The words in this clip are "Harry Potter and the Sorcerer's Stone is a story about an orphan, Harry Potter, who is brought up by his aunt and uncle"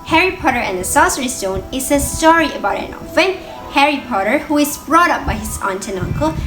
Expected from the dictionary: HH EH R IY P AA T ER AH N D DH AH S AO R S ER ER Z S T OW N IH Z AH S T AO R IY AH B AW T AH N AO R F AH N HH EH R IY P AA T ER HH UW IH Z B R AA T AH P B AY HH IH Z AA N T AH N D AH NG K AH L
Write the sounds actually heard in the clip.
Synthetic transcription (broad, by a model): HH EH R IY P AA T ER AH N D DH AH S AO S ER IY S T OW N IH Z AH S T AO R IY AH B AW T AH N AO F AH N HH EH R IY P AA T ER HH UW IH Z B R AA T AH P B AY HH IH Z AA N T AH N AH NG K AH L